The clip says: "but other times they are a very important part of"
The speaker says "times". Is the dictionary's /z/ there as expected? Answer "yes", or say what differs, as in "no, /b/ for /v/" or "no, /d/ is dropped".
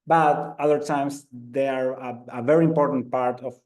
no, /s/ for /z/